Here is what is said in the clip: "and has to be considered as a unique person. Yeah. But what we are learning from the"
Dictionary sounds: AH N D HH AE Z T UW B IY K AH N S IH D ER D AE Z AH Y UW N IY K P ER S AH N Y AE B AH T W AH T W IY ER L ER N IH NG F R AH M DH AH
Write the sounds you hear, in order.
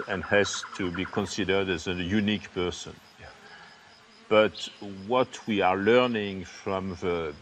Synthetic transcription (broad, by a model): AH N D HH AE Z T UW B IY K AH N S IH D ER D AE Z AH Y UW N IY K P ER S AH N B AH T W AH T W IY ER L ER N IH NG F R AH M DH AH